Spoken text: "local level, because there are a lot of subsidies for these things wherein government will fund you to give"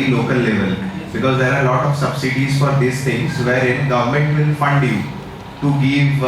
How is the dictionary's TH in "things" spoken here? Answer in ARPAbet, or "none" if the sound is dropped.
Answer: T